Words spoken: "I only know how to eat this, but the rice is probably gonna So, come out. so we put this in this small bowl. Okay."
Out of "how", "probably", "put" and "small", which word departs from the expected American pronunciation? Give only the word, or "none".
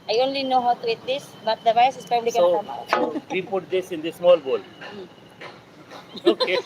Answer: probably